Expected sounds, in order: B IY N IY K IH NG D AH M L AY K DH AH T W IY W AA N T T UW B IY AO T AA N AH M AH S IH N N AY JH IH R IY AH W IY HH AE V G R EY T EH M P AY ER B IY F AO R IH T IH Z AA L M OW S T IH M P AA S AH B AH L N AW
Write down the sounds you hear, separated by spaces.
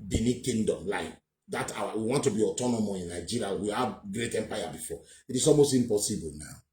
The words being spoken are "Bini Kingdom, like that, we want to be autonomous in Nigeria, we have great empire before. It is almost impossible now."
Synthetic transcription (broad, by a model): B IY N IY K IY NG D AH M L AY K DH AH T W IY W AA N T T UW B IY AO T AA N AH M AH IH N N AY JH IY R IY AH W IY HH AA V G R EY T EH M P AY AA B IY F AO IH T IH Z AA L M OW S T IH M P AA S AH B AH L N AW